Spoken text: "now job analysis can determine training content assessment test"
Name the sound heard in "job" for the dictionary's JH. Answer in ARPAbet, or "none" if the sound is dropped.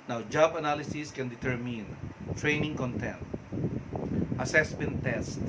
JH